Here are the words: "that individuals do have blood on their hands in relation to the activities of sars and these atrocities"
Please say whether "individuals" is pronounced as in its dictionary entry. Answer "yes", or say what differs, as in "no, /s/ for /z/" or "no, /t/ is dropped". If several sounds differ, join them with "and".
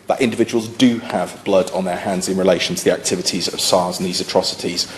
yes